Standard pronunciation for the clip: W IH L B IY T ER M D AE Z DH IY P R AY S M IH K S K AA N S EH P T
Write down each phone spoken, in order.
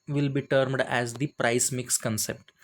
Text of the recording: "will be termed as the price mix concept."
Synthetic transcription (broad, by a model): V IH L B IY T ER M D AE Z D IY P R AY S M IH K S K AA N S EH P T